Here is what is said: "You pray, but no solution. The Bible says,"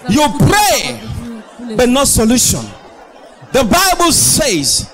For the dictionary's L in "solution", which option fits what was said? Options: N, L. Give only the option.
L